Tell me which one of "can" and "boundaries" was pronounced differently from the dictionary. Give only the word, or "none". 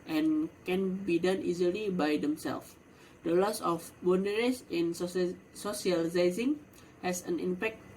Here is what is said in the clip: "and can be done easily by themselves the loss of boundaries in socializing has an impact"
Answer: boundaries